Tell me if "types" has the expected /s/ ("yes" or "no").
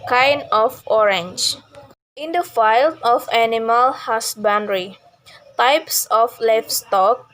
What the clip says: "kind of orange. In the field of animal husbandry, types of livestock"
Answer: yes